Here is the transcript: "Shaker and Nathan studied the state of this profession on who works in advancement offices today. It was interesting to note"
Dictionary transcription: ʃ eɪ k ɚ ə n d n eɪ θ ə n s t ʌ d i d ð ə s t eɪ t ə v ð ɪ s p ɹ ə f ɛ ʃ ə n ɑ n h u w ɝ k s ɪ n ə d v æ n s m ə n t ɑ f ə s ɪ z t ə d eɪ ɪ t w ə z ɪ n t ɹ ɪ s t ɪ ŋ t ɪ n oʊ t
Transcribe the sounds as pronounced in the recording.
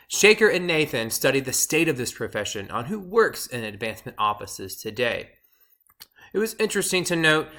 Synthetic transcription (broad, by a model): ʃ eɪ k ɚ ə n n eɪ θ ə n s t ʌ d i d ð ə s t eɪ t ə v ð ɪ s p ɹ ə f ɛ ʃ ə n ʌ n h u w ɝ k s ɪ n ə d v æ n s m ə n t ɑ f ə s ɪ z t ə d eɪ ɪ t w ə z ɪ n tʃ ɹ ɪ s t ɪ ŋ t ɪ n oʊ t